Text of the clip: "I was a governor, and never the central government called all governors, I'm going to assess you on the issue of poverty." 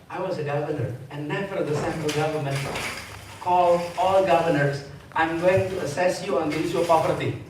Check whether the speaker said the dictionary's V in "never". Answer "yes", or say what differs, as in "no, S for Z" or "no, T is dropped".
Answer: no, F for V